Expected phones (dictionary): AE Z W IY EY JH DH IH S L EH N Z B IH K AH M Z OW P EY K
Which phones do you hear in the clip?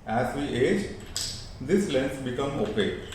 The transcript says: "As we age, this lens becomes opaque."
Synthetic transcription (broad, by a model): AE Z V IY EY JH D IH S L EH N S B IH K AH M OW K EY